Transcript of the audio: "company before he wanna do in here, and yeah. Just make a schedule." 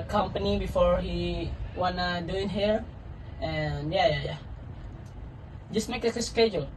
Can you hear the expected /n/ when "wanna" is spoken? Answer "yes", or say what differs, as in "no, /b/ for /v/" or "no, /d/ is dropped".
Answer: yes